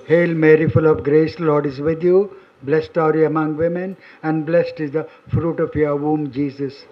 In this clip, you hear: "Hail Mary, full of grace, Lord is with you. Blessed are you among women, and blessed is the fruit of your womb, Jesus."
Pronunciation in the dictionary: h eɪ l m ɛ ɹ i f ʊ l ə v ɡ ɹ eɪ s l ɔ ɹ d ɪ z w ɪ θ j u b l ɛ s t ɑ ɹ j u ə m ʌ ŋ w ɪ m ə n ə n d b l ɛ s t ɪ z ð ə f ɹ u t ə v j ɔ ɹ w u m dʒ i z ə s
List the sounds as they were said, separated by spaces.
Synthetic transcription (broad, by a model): h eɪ l m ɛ ɹ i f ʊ l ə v ɡ ɹ eɪ s l ɔ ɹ d ɪ z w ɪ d j u b l ɛ s t ɑ ɹ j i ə m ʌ ŋ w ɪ m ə n ə n d b l ɛ s t ɪ z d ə f ɹ u t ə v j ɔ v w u m dʒ i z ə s